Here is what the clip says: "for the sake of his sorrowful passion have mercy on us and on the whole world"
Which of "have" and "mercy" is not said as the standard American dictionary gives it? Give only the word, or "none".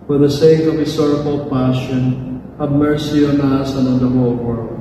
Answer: have